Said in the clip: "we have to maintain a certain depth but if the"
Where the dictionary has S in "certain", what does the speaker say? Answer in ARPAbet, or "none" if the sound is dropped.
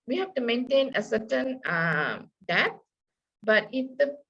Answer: S